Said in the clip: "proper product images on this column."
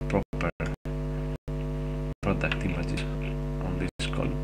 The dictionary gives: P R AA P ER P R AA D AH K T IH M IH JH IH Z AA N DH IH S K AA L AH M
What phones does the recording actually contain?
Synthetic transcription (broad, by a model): P R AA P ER P R AA D AH K T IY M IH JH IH S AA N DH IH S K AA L